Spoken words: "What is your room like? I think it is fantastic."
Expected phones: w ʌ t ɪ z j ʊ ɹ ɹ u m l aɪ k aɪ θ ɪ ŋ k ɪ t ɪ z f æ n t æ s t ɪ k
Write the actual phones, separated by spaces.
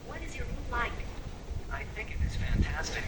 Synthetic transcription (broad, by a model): w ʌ t ɪ z j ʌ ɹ ɹ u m l aɪ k aɪ θ ɪ ŋ k ɪ t ɪ z f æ n t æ s t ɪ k